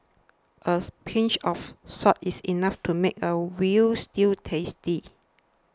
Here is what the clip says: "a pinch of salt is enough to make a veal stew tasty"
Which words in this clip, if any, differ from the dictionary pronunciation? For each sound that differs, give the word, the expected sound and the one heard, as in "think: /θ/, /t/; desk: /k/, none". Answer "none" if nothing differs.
of: /v/, /f/; salt: /l/, none; is: /z/, /s/; veal: /v/, /w/